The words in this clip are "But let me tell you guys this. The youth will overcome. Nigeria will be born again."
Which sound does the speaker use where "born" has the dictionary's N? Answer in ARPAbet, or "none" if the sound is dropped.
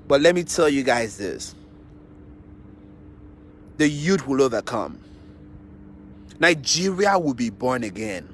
N